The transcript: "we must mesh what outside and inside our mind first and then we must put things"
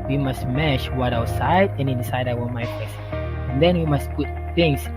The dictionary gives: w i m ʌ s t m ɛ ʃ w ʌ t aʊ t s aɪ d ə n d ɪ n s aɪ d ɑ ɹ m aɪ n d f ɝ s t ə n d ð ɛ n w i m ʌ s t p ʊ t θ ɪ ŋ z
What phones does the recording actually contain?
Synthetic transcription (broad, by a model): w i m ʌ s t m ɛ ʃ w ʌ t aʊ t s aɪ d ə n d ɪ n s aɪ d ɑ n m aɪ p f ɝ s ə n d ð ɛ n w i m ʌ s t p ʊ t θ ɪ ŋ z